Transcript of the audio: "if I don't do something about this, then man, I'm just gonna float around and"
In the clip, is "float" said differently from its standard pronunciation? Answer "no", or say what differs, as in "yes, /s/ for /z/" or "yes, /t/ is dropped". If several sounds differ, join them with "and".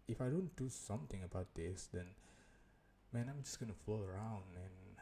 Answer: yes, /t/ is dropped